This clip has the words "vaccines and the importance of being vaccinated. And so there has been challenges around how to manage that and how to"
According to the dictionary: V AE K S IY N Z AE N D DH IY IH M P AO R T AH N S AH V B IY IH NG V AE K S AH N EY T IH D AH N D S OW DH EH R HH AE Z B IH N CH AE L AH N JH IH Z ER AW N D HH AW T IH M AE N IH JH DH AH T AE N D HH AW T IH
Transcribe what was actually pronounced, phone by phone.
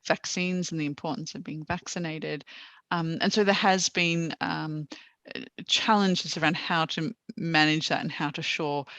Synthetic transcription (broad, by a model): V AE K S IY N Z N DH IY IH M P AO R T N S AH V B IY IH NG V AE K S AH N EY T IH D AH N S OW DH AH R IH Z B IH N CH AE L AH N JH IH Z ER AW N D HH AW T IH M AE N IH JH DH AH T N HH AW T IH